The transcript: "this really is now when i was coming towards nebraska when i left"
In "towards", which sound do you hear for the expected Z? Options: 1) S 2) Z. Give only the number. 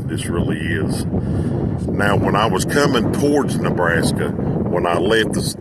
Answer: 2